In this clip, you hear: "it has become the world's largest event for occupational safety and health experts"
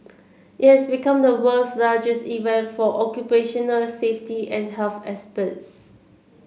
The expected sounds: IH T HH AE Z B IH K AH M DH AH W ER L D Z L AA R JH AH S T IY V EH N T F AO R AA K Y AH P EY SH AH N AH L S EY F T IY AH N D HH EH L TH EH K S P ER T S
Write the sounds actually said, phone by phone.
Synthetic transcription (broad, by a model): IH T HH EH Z B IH K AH M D AH W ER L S L AA JH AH S T IY V EH N T F AO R AA K Y AH P EY SH AH N AH L S EY F T IY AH N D HH EH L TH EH S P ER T S